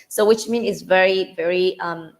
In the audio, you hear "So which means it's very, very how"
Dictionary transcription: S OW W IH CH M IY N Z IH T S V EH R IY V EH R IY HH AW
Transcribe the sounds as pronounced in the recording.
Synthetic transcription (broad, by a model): S OW W IH CH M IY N IH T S V EH R IY V EH R IY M